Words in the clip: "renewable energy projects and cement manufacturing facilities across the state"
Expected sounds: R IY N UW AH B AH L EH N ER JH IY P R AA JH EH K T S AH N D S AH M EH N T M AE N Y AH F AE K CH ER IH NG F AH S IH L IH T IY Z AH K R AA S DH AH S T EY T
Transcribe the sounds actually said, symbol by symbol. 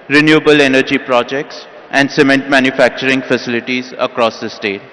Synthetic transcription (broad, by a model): R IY N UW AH B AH L EH N ER JH IY P R AA JH EH K T S AH N D S AH M EH N T M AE N Y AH F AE K CH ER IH NG F AH S IH L IH T IY Z AH K R AA S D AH S T EY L